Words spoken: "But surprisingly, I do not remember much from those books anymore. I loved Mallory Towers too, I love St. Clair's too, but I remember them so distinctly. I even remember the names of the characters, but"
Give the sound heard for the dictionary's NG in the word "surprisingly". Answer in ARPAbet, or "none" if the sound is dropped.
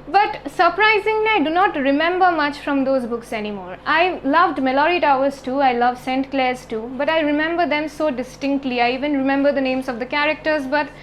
NG